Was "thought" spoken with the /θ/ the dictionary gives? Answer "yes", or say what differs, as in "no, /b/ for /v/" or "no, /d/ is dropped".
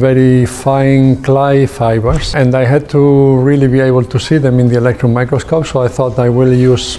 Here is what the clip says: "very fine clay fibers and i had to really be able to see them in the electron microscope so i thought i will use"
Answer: yes